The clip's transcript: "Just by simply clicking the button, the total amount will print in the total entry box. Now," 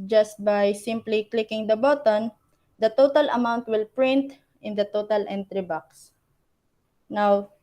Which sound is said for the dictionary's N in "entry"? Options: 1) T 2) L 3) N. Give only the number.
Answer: 3